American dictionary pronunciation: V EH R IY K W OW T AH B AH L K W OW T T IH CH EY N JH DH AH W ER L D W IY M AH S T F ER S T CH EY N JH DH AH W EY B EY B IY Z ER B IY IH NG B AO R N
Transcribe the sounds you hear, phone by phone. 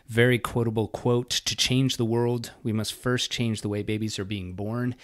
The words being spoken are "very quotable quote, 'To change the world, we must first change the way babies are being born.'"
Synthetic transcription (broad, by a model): V EH R IY K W OW T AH B L K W OW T T IH CH EY N JH DH AH W ER L D W IY M AH S T F ER S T CH EY N JH DH AH W EY B EY B IY Z ER B IY IH NG B AO R N